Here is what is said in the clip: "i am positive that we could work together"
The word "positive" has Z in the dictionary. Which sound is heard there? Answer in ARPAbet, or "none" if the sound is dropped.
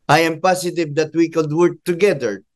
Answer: S